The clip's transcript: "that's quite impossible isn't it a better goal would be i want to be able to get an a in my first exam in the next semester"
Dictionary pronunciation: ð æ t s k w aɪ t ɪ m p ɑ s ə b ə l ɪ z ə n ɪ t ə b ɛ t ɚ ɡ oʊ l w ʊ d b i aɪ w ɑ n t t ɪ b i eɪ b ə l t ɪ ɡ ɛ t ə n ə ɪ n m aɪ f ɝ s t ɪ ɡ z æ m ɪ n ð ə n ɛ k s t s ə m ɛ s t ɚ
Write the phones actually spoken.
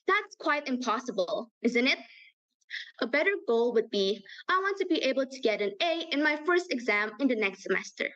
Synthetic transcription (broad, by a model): ð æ t s k w aɪ t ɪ m p ɑ s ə b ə l ɪ z ə n ɪ t ə b ɛ t ɚ ɡ oʊ l w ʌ d b i aɪ w ɑ n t t ɪ b i eɪ b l t ɪ ɡ ɛ t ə n ə ɪ n m aɪ f ɝ s t ɪ ɡ z æ m ɪ n ð ə n ɛ k s t s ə m ɛ s t ɚ